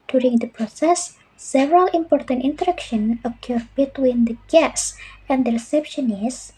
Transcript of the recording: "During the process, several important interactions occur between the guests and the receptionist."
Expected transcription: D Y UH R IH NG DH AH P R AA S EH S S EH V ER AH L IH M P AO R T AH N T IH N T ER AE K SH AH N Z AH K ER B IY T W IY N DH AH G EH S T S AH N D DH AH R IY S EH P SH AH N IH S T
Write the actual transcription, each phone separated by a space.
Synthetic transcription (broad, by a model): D Y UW R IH NG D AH P R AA S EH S S EH V ER AH L IH M P AO R T AH N T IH N T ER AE K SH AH N AH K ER B IY T W IY N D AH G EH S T S AH N D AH R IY S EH P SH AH N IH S